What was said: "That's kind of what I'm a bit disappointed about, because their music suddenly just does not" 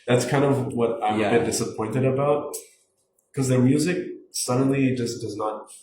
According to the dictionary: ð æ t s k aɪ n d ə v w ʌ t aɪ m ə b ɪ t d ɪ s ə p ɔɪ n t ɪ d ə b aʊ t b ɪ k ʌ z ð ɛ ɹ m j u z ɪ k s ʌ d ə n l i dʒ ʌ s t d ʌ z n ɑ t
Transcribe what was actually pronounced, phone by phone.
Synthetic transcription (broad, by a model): ð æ t s k aɪ n d ə v w ʌ t aɪ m ə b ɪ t d ɪ s ə p ɔɪ n t ɪ d ə b aʊ t k ʌ z ð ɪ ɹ m j u z ɪ k s ʌ d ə n l i dʒ ʌ s d ʌ z n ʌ t